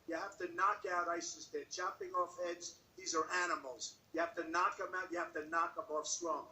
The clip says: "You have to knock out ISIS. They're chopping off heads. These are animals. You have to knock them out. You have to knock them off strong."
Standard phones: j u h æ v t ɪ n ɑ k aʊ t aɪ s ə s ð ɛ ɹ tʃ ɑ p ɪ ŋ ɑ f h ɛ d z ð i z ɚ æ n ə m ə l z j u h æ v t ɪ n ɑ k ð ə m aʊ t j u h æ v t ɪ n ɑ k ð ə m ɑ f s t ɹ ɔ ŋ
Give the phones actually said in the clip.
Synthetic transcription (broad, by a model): j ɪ h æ f t ɪ n ɑ k aʊ t aɪ s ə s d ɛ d tʃ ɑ p ɪ ŋ ɑ f ɛ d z ð i z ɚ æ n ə m l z j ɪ h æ f t ɪ n ɑ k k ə m aʊ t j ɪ h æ f t ɪ n ɑ k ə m ɑ f s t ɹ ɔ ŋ